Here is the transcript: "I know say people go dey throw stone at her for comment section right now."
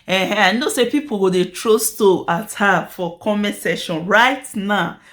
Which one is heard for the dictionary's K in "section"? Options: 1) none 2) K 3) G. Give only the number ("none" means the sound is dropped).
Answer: 1